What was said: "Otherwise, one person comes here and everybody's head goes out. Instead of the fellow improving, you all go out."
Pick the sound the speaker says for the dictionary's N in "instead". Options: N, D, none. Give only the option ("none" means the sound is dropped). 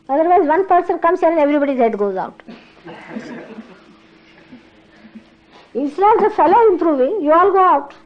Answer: none